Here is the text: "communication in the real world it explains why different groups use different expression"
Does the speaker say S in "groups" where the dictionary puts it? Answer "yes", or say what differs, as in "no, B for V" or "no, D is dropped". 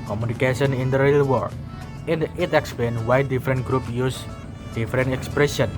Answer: no, S is dropped